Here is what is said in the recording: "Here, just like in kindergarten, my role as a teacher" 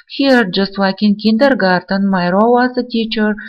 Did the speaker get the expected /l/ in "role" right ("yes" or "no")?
no